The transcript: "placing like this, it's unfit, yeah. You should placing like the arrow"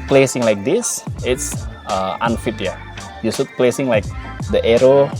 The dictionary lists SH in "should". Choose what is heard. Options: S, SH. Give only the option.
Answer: S